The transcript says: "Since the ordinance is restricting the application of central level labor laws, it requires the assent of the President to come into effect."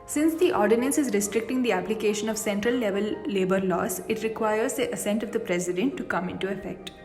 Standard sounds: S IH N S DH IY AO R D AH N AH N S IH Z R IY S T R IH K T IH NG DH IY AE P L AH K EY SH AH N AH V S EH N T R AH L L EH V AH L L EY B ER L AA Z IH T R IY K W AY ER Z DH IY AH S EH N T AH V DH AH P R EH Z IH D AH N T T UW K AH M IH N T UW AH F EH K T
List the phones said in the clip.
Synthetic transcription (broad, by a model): S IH N S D IY AO R D AH N AH N S IH Z R IY S T R IH K T IH NG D IY AE P L AH K EY SH AH N AH V S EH N T R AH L L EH V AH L L EY B ER L AA S IH T R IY K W AY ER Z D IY AH S EH N T AH V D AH P R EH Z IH D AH N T T UW K AH M IH N T UW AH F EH K T